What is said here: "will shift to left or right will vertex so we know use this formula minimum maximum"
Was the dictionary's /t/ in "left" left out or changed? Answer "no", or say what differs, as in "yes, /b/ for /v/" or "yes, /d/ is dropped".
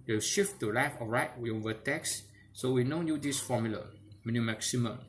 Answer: yes, /t/ is dropped